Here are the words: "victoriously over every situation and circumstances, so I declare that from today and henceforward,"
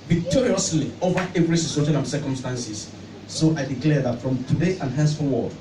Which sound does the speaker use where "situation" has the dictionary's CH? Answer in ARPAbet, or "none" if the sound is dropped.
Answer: S